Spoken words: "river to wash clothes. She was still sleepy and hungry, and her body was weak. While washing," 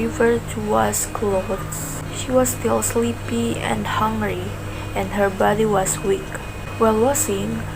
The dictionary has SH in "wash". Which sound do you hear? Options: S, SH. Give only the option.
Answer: S